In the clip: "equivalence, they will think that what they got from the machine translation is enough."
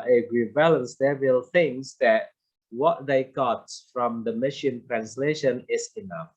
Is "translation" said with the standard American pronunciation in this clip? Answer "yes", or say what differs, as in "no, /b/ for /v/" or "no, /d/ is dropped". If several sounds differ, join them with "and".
yes